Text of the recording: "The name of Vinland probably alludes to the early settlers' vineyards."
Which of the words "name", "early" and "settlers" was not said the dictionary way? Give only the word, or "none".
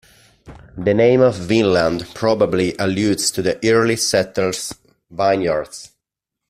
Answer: settlers